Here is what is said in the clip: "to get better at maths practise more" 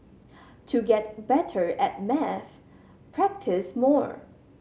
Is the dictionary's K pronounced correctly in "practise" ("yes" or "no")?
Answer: yes